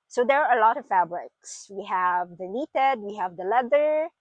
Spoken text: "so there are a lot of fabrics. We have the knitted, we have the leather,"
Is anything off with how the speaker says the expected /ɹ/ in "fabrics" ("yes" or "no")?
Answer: no